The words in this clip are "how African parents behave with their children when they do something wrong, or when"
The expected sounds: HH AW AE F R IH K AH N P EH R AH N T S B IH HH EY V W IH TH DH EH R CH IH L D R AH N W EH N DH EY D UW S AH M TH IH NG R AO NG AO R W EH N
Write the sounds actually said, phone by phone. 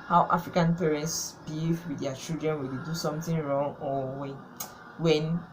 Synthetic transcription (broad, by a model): HH AW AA F R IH K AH N P EH R AH N T S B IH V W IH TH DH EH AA CH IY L D R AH N W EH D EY D UW S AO M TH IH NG R AO NG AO W W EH N